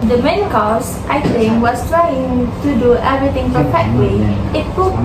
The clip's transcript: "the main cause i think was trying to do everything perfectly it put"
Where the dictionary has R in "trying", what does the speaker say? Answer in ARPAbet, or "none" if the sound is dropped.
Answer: R